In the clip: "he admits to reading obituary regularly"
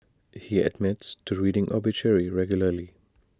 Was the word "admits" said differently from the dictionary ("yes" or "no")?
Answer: no